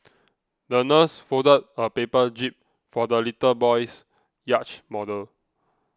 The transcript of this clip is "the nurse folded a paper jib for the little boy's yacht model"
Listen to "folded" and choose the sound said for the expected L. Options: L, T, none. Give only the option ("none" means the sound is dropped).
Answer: none